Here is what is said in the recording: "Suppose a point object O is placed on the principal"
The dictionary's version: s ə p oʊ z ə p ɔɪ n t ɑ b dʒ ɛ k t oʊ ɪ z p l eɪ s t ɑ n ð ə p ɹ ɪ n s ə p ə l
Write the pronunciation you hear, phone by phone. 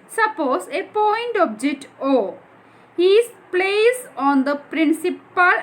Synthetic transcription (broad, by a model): s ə p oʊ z ə p ɔɪ n t ɑ b dʒ ɛ k t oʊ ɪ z p l eɪ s ɑ n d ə p ɹ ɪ n s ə p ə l